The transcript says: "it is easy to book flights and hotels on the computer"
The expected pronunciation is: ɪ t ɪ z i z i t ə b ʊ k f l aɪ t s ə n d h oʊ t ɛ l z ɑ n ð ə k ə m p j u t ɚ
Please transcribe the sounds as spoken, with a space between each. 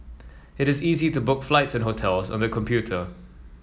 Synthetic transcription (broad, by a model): ɪ t ɪ z i z i t ə b ʊ k f l aɪ t s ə n h oʊ t ɛ l z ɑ n ð ə k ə m p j u t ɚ